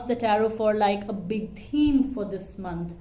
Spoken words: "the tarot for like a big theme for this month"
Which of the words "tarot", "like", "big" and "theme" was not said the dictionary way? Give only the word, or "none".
theme